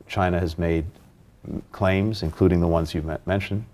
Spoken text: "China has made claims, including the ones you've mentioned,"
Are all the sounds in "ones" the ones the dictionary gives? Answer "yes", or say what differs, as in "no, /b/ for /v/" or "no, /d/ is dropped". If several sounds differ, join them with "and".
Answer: yes